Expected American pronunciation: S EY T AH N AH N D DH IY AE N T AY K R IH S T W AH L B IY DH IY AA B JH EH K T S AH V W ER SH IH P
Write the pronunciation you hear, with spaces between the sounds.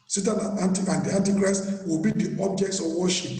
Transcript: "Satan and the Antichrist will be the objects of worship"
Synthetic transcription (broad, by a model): S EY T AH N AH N D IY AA N T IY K R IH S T W AH L B IY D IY AA B JH EH K T S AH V W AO SH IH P